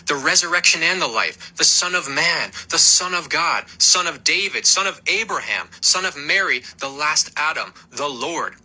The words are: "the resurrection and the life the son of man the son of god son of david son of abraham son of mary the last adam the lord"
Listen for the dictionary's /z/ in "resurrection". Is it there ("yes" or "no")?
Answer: yes